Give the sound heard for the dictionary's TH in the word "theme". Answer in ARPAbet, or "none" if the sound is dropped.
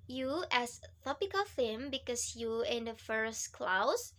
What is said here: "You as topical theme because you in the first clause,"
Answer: F